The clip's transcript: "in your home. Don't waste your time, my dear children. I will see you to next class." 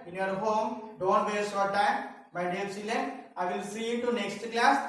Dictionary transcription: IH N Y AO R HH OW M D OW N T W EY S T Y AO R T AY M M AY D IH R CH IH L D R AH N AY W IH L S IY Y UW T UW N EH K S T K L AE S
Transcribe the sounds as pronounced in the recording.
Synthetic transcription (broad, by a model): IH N Y AO R HH OW M D OW N T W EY T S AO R T AY M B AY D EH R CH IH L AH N AY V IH L S IY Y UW T UW N EH K S T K L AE S